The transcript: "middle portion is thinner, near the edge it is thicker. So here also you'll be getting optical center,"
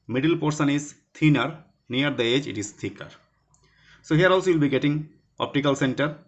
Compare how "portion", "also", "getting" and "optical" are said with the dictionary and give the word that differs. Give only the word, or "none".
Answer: portion